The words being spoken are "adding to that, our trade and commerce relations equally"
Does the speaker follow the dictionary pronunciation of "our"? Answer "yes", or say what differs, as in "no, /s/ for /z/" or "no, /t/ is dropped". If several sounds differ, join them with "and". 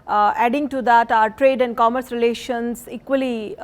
yes